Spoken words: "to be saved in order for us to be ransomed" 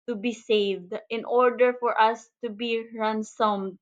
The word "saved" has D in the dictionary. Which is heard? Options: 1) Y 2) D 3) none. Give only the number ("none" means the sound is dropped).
2